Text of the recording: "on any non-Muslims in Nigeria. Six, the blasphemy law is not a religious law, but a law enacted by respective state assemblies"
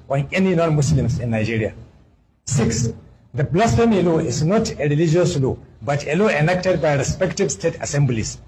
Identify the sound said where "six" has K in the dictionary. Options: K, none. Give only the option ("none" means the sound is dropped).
K